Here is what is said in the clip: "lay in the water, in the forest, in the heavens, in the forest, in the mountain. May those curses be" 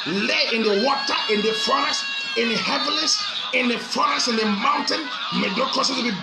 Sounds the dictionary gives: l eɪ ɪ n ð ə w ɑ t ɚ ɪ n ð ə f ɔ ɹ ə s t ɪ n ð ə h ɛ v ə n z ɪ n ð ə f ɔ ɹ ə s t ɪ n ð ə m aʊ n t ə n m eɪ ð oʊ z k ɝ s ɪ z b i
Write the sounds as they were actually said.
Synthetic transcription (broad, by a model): l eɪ ɪ n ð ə w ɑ t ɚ ɪ n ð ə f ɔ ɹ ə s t ɪ n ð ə h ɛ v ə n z ɪ n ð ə f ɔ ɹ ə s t ɪ n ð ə m aʊ n t ə n m eɪ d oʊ k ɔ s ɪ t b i